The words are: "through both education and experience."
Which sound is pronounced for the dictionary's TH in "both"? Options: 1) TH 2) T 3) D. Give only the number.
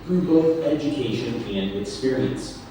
1